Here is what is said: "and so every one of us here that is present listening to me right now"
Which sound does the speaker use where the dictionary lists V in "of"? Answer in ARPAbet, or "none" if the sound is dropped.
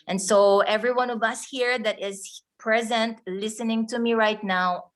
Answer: V